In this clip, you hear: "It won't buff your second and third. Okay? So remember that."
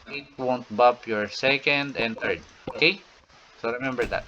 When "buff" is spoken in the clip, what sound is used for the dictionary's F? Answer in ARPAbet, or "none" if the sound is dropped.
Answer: P